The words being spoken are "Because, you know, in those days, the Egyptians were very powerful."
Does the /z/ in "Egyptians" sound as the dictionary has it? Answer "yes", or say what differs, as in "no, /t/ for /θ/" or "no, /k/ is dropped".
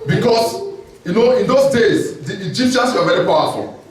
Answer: no, /s/ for /z/